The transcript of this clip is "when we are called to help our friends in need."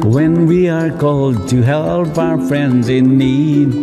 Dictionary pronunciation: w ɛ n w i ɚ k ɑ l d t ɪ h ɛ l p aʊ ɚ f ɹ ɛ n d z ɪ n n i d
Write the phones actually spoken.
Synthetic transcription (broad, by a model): w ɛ n w i ɚ k ɑ l d t ɪ h ɛ l p aʊ ɚ f ɹ ɛ n d z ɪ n n i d